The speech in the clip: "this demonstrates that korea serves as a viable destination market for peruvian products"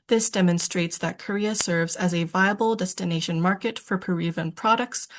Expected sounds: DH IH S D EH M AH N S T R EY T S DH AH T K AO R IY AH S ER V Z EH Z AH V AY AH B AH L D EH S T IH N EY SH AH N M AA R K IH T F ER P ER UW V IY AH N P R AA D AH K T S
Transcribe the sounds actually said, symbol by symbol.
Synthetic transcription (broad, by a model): DH IH S D EH M AH N S T R EY T S DH AH T K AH R IY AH S ER V Z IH Z AH V AY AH B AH L D EH S T IH N EY SH AH N M AA R K IH T F ER P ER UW V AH N P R AA D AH K T S